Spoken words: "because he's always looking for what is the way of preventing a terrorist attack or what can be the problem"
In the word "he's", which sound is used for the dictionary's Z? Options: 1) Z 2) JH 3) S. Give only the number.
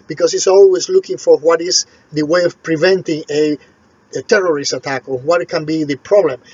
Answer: 3